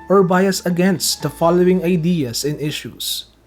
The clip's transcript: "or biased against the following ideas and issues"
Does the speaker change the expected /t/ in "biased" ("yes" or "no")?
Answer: yes